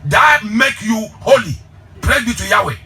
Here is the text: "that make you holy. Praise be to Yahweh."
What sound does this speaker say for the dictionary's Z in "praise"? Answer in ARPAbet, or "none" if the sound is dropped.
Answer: none